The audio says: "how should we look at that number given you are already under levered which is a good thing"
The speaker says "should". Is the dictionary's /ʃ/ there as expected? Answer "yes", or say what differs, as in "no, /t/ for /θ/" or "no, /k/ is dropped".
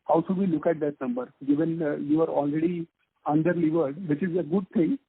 no, /s/ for /ʃ/